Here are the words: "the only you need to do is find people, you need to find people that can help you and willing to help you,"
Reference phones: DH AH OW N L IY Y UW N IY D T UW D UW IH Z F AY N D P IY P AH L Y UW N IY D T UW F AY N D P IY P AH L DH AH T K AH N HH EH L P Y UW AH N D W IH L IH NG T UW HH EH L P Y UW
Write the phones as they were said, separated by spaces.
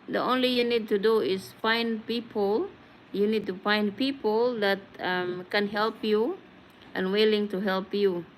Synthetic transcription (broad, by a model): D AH OW N L IY Y UW N IY D T UW D UW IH S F AY N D P IY P AH L Y UW N IY D T UW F AY N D P IY P AH L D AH T K AH N HH EH L P Y UW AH N W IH L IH NG T UW HH EH L P Y UW